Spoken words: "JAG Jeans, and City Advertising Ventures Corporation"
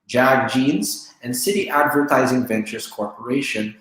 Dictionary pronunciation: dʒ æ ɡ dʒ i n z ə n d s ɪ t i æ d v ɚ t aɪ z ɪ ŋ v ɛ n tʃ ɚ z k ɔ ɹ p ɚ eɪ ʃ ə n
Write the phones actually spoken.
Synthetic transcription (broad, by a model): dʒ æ ɡ dʒ i n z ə n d s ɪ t i æ d v ɚ t aɪ z ɪ ŋ v ɛ n tʃ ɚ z k ɔ ɹ p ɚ eɪ ʃ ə n